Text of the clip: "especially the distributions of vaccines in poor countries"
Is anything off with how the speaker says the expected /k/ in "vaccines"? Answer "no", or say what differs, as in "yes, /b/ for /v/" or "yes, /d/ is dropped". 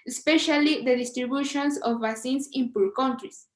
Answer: yes, /k/ is dropped